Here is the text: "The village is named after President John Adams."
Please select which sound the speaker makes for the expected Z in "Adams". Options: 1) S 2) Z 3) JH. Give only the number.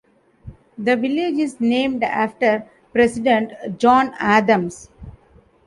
1